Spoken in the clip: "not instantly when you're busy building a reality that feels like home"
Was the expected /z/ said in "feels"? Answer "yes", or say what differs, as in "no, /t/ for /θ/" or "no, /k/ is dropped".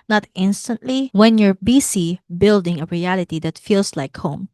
no, /s/ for /z/